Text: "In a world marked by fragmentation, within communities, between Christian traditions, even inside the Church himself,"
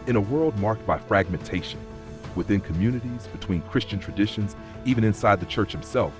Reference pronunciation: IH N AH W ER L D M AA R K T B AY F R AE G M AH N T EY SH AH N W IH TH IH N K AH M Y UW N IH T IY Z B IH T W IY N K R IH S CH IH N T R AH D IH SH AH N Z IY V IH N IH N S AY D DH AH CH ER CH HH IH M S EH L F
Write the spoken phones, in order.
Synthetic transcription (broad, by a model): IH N AH W ER L D M AA R K T B AY F R AE G M AH N T EY SH AH N W IH TH IH N K AH M Y UW N IH T IY Z B IH T W IY N K R IH S CH IH N T R AH D IH SH AH N Z IY V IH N IH N S AY D DH AH CH ER CH HH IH M S EH L F